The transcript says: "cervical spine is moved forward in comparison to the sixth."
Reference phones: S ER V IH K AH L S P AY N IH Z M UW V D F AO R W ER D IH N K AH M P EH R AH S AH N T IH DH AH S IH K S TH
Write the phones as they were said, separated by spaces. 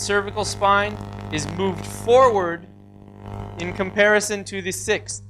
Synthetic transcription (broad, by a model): S ER V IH K L S P AY N IH Z M UW V D F AO R W ER D IH N K AH M P EH R AH S AH N T IH DH AH S IH K S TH